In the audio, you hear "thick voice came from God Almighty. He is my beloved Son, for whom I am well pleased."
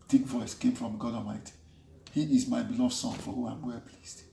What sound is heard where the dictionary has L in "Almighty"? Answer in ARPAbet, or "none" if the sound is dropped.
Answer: none